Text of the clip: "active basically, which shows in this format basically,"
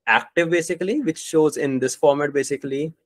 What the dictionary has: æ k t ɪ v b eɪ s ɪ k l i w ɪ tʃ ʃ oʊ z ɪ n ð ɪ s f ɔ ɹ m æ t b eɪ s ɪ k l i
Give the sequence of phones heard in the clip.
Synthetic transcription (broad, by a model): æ k t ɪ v b eɪ s ɪ k l i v ɪ tʃ ʃ oʊ z ɪ n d ɪ s f ɔ ɹ m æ t b eɪ s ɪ k l i